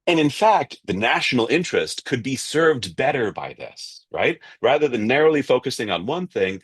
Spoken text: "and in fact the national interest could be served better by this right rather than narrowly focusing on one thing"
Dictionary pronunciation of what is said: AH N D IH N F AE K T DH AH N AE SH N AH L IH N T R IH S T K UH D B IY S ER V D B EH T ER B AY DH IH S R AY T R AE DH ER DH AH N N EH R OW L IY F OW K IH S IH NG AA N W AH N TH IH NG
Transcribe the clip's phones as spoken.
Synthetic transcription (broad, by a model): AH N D IH N F AE K T DH AH N AE SH N L IH N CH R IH S T K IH D B IY S ER V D B EH T ER B AY DH IH S R AY T R AE DH ER DH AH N N EH R OW L IY F OW K IH S IH NG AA N W AH N TH IH NG